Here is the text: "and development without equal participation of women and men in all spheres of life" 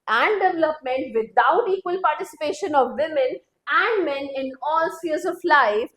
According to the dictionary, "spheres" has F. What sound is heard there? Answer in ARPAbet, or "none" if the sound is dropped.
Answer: none